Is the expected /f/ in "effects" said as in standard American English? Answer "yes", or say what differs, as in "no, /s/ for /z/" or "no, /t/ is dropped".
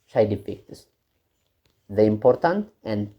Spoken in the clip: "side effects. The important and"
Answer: no, /p/ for /f/